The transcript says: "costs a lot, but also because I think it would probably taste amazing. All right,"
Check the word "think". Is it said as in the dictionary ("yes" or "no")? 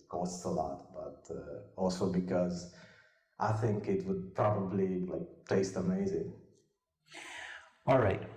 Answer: yes